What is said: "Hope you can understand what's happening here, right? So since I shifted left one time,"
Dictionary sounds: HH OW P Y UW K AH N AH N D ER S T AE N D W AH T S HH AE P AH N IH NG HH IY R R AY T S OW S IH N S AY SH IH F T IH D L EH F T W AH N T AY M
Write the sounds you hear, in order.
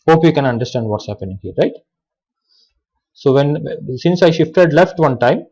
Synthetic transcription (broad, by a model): HH OW P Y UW K AH N AH N D ER S T AE N D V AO T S HH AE P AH N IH NG HH IY R R AY T S OW S IH N S AY SH IH F T IH D L EH F T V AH N T AY M